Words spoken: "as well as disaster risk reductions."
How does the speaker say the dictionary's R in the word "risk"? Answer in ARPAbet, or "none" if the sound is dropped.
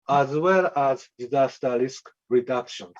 L